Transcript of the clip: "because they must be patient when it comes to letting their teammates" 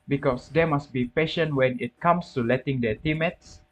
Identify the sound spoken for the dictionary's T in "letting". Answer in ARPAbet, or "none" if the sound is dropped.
T